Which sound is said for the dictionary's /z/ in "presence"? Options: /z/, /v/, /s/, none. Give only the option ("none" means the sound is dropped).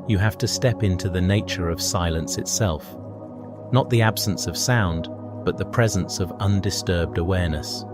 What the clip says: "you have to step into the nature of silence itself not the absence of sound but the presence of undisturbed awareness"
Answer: /z/